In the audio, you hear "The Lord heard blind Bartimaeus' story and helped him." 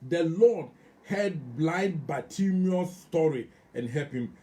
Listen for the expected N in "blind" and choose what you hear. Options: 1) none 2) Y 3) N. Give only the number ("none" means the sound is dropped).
1